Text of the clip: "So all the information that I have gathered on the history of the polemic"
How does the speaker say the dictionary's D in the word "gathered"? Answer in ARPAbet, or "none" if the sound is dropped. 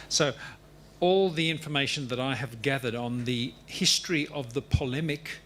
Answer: D